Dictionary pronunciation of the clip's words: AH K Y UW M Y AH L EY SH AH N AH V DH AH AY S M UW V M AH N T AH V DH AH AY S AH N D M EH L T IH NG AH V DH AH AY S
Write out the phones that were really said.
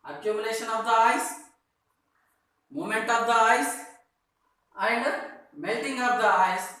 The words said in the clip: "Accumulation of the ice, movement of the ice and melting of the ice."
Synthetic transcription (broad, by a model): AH K Y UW M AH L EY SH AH N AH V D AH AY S M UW M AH N T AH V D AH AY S AH N D M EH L T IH NG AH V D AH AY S